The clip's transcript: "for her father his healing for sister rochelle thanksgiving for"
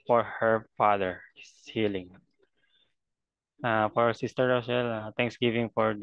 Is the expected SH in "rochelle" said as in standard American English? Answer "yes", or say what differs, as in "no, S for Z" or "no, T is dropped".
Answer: no, S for SH